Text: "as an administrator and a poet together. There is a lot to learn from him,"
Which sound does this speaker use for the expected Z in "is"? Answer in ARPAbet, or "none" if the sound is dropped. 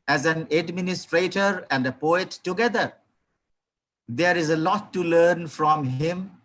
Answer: Z